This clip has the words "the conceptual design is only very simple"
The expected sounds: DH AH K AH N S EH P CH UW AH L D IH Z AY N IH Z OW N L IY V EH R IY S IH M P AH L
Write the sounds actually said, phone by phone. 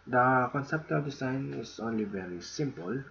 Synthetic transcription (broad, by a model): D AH K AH N S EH P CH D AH L D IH S AY N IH S OW N L IY V EH R IY S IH M P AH L